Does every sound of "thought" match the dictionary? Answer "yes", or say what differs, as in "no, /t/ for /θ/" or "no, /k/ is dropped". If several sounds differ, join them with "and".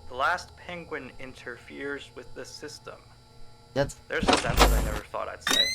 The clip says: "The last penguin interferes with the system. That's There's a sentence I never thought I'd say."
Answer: yes